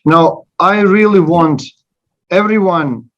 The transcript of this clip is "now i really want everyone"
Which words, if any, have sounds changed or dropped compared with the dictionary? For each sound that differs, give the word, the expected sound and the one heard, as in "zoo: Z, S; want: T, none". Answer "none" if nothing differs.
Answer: none